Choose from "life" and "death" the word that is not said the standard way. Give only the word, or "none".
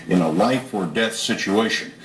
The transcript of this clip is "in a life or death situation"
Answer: none